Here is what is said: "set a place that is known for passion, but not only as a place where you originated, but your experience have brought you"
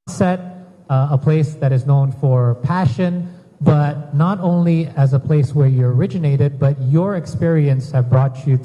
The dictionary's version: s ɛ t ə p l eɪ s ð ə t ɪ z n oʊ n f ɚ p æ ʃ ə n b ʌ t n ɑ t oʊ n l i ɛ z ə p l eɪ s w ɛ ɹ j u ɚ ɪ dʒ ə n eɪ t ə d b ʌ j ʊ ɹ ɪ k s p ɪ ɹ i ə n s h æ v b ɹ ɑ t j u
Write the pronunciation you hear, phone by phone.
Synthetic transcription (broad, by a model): s ɛ t ə p l eɪ s ð ə t ɪ z n oʊ n f ɚ p æ ʃ ə n b ʌ t n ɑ t oʊ n l i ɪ z ə p l eɪ s w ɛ ɹ j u ɚ ɪ dʒ ə n eɪ t ə d b ʌ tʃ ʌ ɹ ɪ k s p ɪ ɹ i ə n s h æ v b ɹ ɑ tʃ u